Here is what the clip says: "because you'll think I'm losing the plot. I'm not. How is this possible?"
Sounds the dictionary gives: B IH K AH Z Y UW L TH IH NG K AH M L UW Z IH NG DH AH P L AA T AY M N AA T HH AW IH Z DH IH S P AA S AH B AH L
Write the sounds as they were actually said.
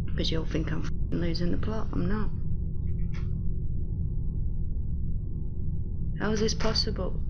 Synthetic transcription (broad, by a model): K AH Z Y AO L F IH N K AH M L UW Z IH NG DH AH P L AA T AY M N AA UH HH AW IH Z DH IH S P AA S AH B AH L